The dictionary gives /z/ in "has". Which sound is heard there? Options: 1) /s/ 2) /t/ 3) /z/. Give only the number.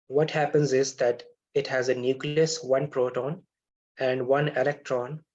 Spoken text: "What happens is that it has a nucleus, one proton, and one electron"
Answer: 3